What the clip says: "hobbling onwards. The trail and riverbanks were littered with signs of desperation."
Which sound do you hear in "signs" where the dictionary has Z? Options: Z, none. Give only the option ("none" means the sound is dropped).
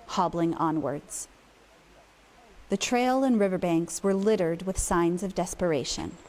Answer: Z